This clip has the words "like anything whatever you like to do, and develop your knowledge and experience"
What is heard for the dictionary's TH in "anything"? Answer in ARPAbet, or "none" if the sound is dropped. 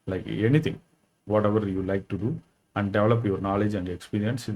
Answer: T